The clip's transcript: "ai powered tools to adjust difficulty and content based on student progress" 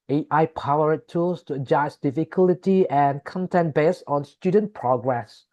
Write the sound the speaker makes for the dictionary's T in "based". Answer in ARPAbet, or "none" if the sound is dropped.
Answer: none